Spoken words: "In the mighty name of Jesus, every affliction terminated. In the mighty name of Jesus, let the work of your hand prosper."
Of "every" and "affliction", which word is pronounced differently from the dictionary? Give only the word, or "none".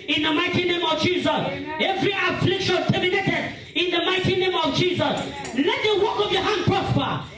none